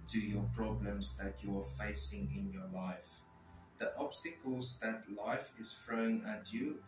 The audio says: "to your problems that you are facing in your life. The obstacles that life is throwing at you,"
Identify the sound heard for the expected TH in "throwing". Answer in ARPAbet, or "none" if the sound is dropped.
F